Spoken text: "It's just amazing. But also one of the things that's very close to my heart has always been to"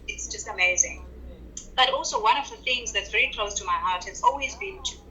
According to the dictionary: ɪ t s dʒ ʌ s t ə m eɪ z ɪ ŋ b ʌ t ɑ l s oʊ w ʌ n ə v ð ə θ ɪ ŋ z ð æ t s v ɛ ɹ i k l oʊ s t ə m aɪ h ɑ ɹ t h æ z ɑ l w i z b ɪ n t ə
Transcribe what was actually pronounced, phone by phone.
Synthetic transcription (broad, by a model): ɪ t s dʒ ʌ s t ə m eɪ z ɪ ŋ b ʌ t ɑ l s oʊ w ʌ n ə v ð ə θ ɪ ŋ z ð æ t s v ɛ ɹ i k l oʊ s t ə m aɪ h ɑ ɹ t h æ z ɑ l w i z b ɪ n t